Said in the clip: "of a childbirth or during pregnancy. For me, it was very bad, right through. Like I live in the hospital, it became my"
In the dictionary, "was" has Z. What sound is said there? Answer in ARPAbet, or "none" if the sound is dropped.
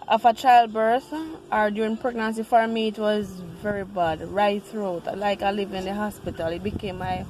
Z